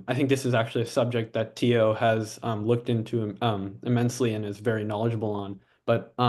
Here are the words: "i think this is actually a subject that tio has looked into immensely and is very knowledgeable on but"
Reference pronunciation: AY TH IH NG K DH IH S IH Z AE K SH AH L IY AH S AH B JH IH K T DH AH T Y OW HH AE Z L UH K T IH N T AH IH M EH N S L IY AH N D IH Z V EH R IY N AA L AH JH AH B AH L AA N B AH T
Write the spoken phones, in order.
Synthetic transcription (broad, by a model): AY TH IH NG K DH IH S IH Z AE K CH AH L IY AH S AH B JH IH K T DH AH T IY OW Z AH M L UH K T IH N T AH IH M EH N S L IY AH N IH Z V EH R IY N AA L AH JH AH B L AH N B AH T